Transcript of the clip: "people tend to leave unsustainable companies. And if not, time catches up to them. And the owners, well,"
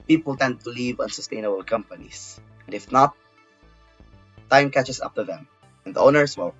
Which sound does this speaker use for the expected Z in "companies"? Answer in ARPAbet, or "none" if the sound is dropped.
S